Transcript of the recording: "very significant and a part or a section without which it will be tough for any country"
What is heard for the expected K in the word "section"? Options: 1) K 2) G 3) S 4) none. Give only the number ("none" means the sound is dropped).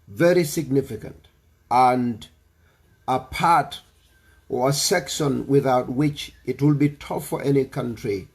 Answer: 1